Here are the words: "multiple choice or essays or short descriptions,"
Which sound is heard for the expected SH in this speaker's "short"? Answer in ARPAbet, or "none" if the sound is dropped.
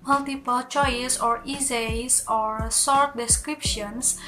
S